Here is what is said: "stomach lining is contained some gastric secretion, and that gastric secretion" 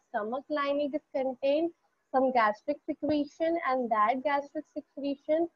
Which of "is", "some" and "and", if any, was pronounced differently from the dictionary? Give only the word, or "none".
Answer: is